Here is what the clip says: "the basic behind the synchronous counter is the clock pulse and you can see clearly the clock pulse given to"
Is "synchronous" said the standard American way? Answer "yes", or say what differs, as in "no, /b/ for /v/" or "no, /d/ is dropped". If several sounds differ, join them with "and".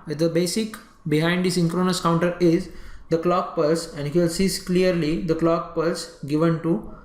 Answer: yes